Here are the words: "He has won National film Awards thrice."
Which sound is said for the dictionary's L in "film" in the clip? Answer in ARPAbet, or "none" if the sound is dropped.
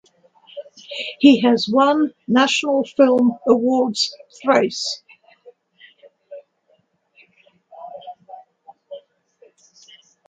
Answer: L